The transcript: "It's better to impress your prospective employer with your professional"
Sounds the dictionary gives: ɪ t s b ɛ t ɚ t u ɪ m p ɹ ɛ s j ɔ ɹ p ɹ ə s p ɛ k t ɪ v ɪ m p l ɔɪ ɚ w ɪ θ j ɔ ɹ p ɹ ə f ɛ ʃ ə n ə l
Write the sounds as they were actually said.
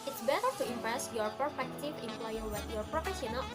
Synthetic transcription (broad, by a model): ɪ t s b ɛ t ɚ t u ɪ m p ɹ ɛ s j ɔ ɹ p ə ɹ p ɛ k t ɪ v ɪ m p l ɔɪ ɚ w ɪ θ j ɔ ɹ p ɹ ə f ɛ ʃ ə n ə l